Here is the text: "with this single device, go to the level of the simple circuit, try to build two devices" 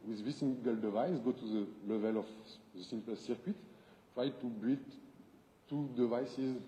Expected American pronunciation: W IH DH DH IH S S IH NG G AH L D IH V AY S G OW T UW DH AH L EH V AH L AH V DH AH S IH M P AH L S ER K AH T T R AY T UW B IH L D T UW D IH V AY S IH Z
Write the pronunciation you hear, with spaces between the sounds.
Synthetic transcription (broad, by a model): W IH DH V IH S S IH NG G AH L D IH V AY S G OW T UW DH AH L EH V AH L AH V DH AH S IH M P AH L S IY K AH T T R AY T UW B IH D T UW D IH V AY S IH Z